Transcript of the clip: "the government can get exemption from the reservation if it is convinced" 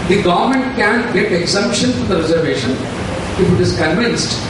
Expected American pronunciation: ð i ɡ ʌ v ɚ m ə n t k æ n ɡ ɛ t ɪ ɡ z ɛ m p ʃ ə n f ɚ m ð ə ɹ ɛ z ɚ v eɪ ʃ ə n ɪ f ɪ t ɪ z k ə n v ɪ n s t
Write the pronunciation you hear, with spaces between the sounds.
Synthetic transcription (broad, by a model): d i ɡ ʌ v ɚ m ə n t k æ n ɡ ɛ t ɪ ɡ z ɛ m p ʃ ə n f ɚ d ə ɹ ɛ z ɚ v eɪ ʃ ə n ɪ f ɪ t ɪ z k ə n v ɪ n s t